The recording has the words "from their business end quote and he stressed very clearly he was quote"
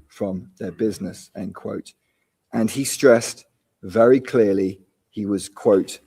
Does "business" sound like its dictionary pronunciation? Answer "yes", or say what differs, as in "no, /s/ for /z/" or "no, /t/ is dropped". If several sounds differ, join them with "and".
yes